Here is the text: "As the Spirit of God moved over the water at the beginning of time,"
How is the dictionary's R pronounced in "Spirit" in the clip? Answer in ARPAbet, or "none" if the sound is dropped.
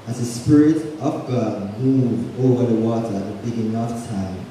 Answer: R